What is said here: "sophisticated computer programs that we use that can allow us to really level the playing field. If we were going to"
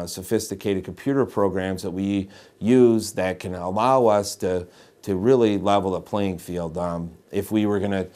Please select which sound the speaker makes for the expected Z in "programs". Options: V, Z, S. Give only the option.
Z